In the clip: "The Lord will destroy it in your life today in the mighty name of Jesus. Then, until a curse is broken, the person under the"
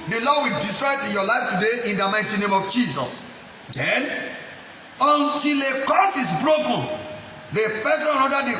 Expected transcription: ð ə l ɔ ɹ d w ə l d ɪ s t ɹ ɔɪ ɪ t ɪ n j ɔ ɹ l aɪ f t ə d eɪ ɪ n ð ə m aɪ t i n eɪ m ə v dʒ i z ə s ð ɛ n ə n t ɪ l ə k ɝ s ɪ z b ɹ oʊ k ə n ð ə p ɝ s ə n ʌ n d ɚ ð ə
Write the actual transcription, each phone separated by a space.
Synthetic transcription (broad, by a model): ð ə l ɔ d w ə l d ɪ s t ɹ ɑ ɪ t ɪ n j ɔ l aɪ f t ə d eɪ ɪ n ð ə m aɪ t i n eɪ m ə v dʒ i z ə s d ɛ n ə n t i l ə k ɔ s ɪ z b ɹ oʊ k ə n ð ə f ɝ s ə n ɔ d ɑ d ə